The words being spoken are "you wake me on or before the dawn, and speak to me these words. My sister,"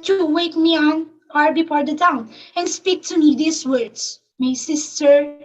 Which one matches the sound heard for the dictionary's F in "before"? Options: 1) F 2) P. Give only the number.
2